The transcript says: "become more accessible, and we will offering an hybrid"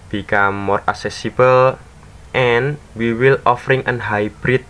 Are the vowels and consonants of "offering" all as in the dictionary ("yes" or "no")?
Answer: yes